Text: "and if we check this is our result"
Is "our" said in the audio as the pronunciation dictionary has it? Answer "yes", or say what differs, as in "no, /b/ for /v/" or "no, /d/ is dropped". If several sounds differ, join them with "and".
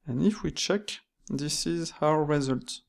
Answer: no, /w/ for /ɹ/